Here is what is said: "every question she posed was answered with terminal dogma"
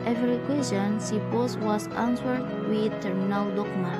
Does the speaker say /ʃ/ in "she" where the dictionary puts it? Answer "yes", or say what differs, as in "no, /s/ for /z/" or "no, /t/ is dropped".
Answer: no, /s/ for /ʃ/